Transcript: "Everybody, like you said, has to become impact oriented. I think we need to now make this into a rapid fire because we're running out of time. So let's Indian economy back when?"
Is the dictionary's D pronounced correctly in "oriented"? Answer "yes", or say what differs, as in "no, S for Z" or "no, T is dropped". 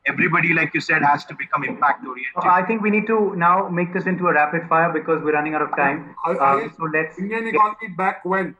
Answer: no, D is dropped